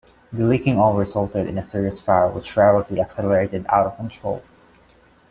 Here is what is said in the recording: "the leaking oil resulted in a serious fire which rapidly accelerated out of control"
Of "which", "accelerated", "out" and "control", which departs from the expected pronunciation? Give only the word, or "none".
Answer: none